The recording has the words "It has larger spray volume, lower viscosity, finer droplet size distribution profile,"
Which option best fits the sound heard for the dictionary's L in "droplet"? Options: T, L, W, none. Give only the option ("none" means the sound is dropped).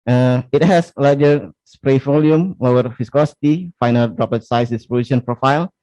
none